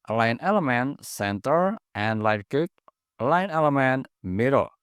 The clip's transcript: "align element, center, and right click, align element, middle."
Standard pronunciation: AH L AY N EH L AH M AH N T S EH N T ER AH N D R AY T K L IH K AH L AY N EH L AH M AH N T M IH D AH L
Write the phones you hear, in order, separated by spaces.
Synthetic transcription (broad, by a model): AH L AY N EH L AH M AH N S EH N T ER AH N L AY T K UW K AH L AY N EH L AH M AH N M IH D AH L